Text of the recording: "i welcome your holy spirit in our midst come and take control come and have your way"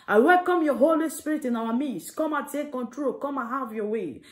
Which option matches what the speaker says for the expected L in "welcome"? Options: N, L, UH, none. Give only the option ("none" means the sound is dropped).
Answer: L